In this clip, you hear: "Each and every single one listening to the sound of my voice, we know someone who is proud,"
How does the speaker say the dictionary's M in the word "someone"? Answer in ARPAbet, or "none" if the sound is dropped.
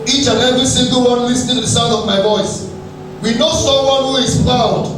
none